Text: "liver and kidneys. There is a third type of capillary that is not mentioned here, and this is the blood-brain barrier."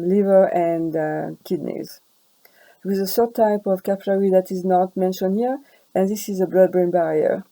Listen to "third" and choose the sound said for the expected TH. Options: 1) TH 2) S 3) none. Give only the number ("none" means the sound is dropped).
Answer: 2